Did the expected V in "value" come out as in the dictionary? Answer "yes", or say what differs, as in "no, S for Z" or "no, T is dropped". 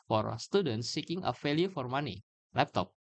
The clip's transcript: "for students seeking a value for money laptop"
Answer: no, F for V